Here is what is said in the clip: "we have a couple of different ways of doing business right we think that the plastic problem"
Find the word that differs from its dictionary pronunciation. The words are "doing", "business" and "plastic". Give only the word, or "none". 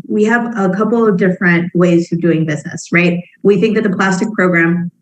none